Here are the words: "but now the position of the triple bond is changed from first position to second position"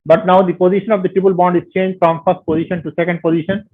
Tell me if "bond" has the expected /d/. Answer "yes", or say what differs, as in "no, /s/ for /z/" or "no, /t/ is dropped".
yes